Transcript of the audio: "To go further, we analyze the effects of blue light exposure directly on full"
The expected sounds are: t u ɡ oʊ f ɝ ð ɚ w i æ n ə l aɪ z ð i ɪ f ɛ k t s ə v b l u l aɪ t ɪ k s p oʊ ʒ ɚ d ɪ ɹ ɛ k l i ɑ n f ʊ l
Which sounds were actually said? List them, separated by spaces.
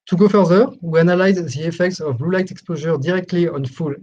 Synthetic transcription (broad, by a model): t u ɡ oʊ f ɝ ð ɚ w i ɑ n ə l aɪ z ð i ɪ f ɛ k t s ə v b l u l aɪ t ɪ k s p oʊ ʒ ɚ d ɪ ɹ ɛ k l i ɑ n f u l